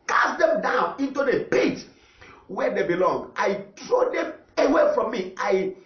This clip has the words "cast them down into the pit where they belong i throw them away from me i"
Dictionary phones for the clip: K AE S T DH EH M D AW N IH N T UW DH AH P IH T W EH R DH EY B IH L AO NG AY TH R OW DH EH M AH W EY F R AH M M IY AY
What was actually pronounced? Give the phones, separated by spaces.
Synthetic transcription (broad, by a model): K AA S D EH M D AW N IH N T UW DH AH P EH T W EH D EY B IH L AO NG AY T R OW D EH M AH W EY F R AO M M IY AY